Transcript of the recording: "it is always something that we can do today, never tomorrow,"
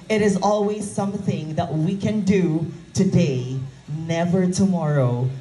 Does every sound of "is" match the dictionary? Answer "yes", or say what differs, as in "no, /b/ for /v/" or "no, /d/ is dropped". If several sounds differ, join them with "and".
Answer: yes